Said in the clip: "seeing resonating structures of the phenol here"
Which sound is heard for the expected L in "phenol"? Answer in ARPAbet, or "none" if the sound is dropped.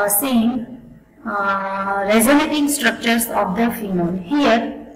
N